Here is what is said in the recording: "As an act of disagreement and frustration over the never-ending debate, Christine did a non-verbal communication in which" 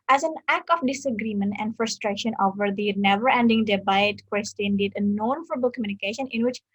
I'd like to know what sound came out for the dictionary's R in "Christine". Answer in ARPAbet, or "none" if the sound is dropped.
W